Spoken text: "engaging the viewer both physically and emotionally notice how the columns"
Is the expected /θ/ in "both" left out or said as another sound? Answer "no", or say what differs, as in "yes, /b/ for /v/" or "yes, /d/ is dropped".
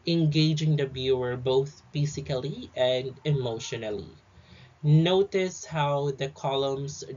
no